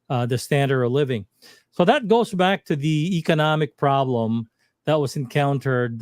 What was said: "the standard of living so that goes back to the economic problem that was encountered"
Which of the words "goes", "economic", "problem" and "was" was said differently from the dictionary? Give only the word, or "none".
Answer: none